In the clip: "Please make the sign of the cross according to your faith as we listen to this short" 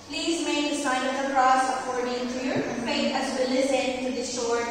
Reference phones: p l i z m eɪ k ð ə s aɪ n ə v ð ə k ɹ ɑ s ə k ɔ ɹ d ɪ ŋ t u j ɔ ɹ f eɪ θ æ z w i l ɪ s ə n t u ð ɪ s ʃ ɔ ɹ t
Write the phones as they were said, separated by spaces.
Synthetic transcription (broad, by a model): p l i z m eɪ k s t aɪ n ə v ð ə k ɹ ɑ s ə k ɔ ɹ d ɪ ŋ t u j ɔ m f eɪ t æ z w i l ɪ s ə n t u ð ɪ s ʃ ɔ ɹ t